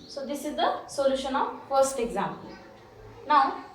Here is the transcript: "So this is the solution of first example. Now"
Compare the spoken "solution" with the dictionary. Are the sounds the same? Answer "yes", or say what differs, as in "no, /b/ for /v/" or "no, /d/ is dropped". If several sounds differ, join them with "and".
yes